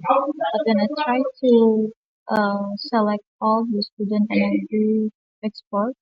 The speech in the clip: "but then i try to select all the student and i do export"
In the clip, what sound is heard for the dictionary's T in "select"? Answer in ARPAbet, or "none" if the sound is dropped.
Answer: T